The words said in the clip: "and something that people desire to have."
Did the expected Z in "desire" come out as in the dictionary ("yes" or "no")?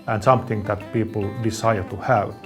no